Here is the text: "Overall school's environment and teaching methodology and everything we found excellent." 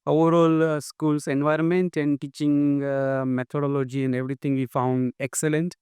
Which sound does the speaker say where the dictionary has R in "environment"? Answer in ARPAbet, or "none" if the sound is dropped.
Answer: R